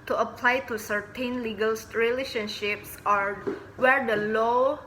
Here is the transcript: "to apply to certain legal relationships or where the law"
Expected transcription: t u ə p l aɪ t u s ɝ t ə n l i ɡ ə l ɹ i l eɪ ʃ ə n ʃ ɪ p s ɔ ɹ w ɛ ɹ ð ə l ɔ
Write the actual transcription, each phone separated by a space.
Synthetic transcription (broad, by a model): t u ə p l aɪ t u s ɝ t ə n l i ɡ ə l ɹ i l eɪ ʃ ə n ʃ ɪ p s ɔ ɹ w ɛ ɹ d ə l ɔ